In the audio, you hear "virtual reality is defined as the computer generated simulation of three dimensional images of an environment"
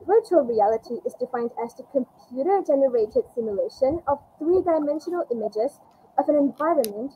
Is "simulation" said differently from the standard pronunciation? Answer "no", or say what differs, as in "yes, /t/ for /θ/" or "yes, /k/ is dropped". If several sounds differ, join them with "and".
no